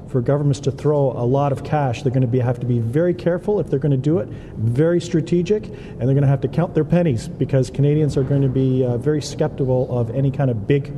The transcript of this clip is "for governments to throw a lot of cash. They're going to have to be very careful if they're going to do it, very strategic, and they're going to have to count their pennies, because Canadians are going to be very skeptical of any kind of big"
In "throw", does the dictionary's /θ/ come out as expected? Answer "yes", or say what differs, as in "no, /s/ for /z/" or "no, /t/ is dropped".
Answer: yes